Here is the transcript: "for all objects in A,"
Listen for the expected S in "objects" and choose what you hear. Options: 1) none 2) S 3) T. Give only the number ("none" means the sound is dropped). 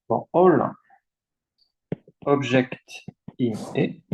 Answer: 1